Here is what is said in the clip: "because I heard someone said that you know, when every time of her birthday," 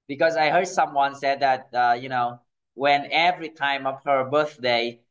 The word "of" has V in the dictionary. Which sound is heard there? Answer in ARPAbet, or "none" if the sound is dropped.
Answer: P